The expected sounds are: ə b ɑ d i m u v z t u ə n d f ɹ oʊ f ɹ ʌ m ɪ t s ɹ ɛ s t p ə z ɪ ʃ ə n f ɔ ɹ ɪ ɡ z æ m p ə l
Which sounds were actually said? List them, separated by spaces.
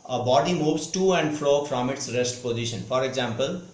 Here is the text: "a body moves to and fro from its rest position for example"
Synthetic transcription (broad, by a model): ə b ɑ d i m u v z t u ə n d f l oʊ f ɹ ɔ m ɪ t s ɹ ɛ s t p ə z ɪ ʃ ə n f ɔ ɹ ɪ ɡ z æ m p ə l